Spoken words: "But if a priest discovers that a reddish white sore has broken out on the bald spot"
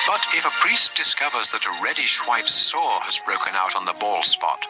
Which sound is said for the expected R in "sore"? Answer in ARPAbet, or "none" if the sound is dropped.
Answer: R